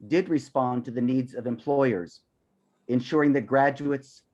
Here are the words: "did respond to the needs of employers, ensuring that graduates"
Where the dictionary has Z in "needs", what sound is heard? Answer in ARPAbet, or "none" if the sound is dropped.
Z